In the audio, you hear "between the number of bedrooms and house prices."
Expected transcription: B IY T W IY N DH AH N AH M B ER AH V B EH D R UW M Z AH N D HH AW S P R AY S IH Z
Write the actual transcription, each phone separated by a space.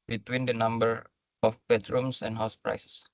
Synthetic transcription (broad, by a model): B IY T W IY N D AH N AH M B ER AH F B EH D R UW M S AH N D HH AW S P R AY S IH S